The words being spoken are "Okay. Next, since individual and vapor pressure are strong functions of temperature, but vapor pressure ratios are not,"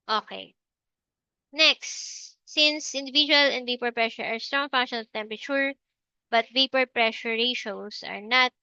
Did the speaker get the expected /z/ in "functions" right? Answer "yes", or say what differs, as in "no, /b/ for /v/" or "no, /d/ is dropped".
no, /z/ is dropped